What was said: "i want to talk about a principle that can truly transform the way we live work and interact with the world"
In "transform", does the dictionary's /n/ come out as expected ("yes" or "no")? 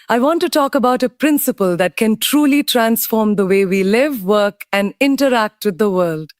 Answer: yes